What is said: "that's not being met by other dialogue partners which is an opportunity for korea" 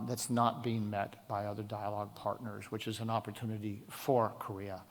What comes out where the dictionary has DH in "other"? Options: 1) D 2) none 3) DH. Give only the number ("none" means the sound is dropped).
3